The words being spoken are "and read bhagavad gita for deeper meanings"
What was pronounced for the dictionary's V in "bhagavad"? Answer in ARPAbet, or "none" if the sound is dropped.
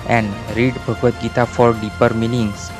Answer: none